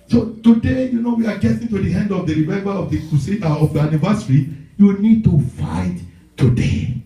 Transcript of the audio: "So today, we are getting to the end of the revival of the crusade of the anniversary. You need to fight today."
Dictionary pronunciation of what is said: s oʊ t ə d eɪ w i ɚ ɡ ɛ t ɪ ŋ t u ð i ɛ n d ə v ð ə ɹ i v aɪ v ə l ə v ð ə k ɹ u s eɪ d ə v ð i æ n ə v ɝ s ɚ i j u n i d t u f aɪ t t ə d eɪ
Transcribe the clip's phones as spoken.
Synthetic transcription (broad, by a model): s oʊ t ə d eɪ w i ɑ ɡ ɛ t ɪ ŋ t u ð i ɛ n d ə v ð ə ɹ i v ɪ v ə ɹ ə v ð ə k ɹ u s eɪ ə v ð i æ n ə v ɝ s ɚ i j u n i d t u f aɪ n t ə d eɪ